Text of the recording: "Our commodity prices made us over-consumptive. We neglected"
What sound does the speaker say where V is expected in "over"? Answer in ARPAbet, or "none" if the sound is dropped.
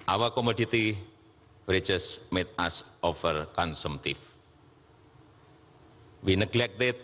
F